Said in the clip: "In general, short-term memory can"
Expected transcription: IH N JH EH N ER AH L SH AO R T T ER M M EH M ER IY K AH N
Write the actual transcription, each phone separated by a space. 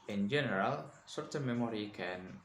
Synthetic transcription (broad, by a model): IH N JH EH N ER AH L S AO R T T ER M M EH M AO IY K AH N